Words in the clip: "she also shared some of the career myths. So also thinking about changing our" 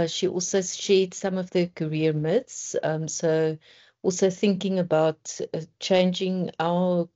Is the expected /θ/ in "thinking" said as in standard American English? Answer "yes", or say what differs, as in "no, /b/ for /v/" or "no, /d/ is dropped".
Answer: yes